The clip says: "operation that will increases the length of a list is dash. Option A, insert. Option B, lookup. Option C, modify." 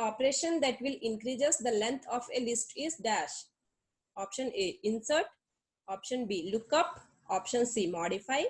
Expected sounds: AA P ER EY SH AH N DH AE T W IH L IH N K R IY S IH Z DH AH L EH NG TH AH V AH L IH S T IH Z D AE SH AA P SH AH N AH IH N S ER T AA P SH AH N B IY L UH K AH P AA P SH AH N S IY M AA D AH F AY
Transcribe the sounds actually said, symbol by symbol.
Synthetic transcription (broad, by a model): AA P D EY SH AH N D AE T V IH L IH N K R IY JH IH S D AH L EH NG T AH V AH L IH S T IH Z D AE SH AA P SH AH N AH IH N S ER T AA P SH AH N B IY L UH K AH P AA P SH AH N S IY M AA D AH F AY